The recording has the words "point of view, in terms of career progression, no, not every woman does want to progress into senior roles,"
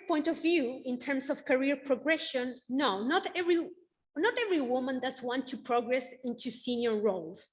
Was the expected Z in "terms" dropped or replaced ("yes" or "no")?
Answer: yes